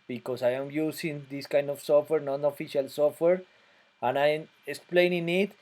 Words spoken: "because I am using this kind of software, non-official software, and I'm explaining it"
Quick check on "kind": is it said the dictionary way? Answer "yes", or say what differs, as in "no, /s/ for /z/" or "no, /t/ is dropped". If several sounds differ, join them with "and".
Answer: yes